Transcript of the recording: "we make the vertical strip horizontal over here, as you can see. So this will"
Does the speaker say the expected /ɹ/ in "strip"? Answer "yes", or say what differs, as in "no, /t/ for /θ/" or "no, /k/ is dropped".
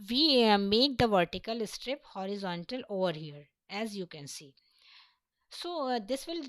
yes